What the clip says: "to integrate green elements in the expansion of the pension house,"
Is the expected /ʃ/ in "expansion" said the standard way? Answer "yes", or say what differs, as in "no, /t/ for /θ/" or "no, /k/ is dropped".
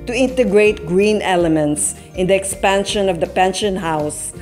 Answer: yes